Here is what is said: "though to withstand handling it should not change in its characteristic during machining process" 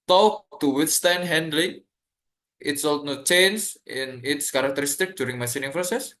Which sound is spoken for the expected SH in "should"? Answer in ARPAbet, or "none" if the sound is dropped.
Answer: S